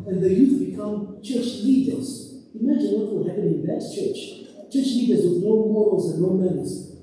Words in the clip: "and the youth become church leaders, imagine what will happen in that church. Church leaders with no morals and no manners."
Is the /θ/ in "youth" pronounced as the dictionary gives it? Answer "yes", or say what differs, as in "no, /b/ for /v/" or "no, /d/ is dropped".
no, /f/ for /θ/